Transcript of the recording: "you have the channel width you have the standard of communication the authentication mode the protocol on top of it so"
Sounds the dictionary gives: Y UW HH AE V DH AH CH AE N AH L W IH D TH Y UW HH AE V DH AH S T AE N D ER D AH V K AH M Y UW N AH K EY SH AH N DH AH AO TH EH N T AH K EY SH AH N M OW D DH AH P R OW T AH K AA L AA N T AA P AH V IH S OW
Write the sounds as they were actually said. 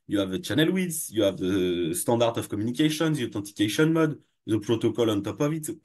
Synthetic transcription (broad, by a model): Y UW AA V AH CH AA N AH L W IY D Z Y UW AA V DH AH S T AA D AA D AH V K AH M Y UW N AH K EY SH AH N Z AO T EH T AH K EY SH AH N M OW D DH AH P R OW T AH K AA L AA N T AA P AH V IH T